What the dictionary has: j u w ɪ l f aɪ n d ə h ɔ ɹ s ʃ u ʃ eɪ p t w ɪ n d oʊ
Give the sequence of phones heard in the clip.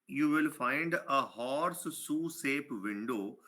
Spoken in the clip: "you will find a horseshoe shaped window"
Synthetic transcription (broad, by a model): j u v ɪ l f aɪ n d ə h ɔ ɹ s s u s eɪ p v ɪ n d oʊ